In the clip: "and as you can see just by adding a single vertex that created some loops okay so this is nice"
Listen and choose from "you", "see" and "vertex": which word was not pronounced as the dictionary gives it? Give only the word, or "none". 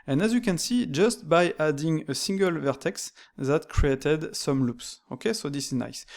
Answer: none